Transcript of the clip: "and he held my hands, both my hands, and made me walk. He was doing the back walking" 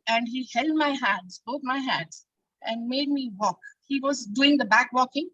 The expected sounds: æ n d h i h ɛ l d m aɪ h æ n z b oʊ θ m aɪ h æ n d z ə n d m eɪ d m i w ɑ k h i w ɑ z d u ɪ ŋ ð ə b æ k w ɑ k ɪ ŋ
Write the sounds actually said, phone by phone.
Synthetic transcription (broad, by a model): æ n d h i h ɛ l d m aɪ h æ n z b oʊ t m aɪ h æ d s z ə n d m eɪ d m i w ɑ k h i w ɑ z d u ɪ ŋ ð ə b æ k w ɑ k ɪ ŋ